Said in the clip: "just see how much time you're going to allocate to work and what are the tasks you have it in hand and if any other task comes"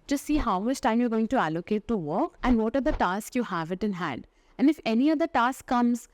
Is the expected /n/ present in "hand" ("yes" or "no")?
yes